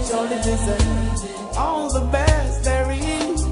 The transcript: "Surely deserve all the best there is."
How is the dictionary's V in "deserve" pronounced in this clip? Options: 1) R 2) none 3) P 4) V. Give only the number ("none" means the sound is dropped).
2